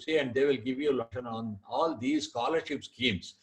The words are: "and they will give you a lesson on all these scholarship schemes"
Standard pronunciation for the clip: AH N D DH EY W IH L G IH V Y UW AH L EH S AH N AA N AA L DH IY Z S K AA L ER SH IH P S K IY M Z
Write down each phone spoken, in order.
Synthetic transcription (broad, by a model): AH N D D EY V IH L G IH V Y UW AH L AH SH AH N AA N AA L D IY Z S K AA L ER SH IH P S K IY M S